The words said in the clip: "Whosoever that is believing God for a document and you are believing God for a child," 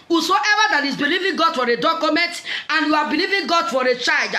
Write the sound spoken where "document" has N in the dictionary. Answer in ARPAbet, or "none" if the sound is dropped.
N